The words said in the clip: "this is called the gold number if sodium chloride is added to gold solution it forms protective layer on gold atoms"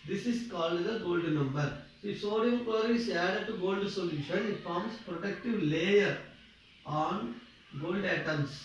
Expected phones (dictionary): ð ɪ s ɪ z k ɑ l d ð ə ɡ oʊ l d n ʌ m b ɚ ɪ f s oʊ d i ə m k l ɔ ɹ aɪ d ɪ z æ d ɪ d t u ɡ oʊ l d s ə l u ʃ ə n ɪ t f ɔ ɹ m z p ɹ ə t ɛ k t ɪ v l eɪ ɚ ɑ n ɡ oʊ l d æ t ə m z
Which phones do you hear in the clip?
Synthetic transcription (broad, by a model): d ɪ s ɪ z k ɑ l d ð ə ɡ oʊ l d n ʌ m b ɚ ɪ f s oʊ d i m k w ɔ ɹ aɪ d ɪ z æ d ɪ d t u ɡ oʊ l d s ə l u ʃ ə n ɪ t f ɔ ɹ m s p ɹ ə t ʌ k t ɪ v l eɪ ɚ ɑ n ɡ oʊ l d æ t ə m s